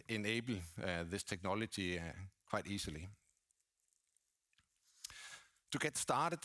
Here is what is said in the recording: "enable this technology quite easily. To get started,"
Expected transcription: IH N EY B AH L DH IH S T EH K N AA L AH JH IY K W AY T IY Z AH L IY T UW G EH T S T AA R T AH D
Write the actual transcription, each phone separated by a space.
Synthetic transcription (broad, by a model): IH N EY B L DH IH S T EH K N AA L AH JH IY K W AY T IY S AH L IY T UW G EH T S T AA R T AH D